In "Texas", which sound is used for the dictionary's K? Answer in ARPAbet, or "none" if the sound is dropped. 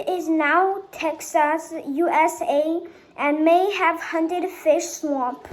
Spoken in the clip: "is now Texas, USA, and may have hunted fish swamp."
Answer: K